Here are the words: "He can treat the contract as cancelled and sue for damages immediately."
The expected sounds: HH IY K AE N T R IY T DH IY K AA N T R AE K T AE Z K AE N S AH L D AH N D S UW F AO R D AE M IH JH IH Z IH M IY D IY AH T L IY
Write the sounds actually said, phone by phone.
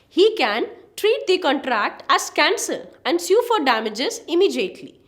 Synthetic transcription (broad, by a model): HH IY K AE N T R IY T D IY K AA N T R AE K T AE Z K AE N S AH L AH N D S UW F AO R D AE M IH JH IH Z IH M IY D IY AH T L IY